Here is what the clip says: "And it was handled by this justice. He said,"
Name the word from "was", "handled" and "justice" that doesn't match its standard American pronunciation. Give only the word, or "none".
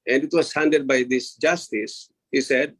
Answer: handled